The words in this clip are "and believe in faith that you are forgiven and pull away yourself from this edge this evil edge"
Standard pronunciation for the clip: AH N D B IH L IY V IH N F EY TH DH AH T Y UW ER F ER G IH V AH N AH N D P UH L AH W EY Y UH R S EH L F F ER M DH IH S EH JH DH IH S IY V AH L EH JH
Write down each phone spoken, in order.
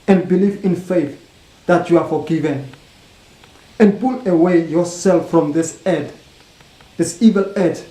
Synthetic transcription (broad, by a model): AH N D B IH L IY V IH N F EY TH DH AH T Y UW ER F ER G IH V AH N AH N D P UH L AH W EY Y UH R S EH L F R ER M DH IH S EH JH DH IH S IY V AH L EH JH